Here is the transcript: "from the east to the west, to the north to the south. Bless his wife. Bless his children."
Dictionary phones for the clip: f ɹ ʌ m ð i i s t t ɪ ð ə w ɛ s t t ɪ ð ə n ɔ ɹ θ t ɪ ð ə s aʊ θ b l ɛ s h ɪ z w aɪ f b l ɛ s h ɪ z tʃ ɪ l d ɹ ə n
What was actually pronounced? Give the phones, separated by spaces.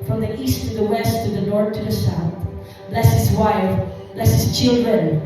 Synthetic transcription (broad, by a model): f ɹ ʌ m ð i i s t t ɪ ð ə w ɛ s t t ɪ ð ə n ɔ ɹ θ t ɪ ð ə s aʊ θ b l ɛ s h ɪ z w aɪ f b l ɛ s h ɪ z tʃ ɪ l d ɹ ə n